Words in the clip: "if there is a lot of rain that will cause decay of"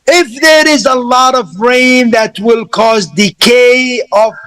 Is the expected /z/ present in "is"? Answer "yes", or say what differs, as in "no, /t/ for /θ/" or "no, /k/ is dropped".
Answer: yes